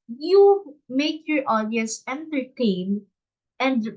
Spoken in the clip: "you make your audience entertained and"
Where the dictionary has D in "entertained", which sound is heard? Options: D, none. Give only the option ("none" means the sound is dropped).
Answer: none